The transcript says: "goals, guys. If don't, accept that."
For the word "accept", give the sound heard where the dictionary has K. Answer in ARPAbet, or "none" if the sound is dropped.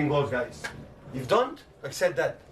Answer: K